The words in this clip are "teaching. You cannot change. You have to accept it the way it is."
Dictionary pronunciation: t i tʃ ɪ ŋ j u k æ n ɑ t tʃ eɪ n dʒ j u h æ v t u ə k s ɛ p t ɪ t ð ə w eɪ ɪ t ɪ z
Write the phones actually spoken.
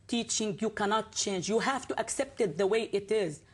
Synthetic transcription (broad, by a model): t i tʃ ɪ ŋ j u k æ n ɑ t tʃ eɪ n dʒ j u h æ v t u ə k s ɛ p t ɪ t ð ə w eɪ ɪ t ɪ z